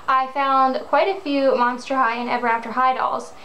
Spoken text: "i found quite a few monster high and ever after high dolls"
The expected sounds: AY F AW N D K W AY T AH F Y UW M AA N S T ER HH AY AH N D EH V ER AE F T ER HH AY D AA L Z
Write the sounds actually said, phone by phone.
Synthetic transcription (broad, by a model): AY F AW N D K W AY T AH F Y UW M AA N S T ER HH AY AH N EH V ER AE F T ER HH AY D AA L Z